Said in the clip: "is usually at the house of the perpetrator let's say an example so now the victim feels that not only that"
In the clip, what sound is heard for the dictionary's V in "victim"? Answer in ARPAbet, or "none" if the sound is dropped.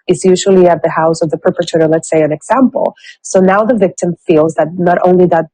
V